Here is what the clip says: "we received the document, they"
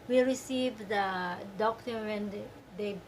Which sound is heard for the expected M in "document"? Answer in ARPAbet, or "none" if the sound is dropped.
none